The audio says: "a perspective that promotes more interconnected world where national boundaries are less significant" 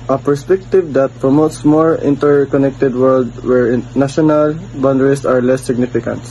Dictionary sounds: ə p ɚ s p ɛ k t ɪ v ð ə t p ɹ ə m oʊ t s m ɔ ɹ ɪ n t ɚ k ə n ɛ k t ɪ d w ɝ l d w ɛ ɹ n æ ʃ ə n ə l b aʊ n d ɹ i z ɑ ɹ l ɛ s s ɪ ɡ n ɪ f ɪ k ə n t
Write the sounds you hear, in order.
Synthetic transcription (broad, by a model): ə p ɚ s p ɛ k t ɪ v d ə t p ɹ ə m oʊ t s m ɔ ɹ ɪ n t ɚ k ə n ɛ k t ɪ d w ɝ l d w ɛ ɹ n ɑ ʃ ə n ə l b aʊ n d ɹ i s ɑ ɹ l ɛ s s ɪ ɡ n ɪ f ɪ k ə n t